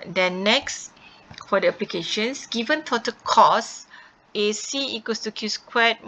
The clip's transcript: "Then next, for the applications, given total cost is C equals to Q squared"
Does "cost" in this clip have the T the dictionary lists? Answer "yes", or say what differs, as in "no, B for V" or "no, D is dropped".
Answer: no, T is dropped